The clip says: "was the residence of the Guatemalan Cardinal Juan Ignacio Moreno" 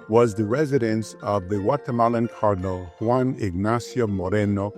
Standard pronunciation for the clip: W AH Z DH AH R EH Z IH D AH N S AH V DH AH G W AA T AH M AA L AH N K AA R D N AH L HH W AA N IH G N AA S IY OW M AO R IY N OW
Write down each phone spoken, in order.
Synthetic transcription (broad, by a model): W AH Z DH AH R EH Z IH D AH N S AH V DH AH W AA T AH M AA L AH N K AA R D N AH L HH W AA N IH G N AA S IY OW M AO R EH N OW